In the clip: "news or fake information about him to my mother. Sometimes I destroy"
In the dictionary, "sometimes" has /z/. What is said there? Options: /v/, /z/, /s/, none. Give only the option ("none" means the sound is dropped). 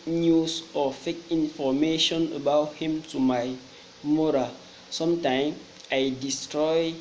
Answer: none